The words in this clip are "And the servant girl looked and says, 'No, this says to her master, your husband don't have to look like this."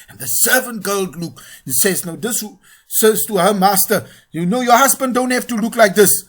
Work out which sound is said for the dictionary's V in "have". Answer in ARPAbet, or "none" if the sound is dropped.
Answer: F